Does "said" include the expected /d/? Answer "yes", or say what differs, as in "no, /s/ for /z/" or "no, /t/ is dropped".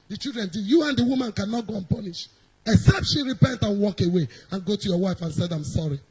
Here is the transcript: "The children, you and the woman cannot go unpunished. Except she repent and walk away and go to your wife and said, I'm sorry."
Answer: yes